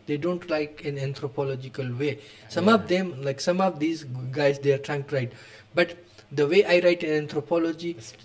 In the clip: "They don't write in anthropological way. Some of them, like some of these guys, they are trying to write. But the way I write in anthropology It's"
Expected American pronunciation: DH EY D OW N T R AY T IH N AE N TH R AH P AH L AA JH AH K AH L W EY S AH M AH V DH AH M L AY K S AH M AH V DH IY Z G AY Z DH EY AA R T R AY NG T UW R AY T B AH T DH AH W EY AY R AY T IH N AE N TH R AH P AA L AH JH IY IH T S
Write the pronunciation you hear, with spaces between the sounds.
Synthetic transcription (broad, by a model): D EY D OW N T L AY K IH N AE N T R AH P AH L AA JH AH K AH L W EY S AH M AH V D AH M L AY K S AH M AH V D IY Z G AY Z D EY AA R T R AY NG T UW R AY T B AH T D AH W EY AY R AY T IH N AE N T R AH P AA L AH JH IY